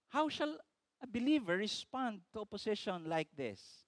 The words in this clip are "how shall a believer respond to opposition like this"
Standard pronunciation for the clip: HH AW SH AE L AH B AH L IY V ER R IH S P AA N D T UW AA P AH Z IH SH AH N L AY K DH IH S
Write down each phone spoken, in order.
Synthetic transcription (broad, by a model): HH AW SH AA L AH B AH L IY V ER R IH S P AA N D T UW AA P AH S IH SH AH N L AY K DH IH S